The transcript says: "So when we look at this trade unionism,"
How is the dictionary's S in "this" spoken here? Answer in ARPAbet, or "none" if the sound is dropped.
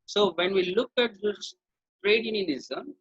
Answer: none